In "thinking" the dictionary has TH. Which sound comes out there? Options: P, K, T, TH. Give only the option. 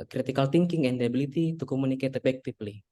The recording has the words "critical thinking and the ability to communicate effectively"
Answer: T